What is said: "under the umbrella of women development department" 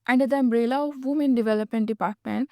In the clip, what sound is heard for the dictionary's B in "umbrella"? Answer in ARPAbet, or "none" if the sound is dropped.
B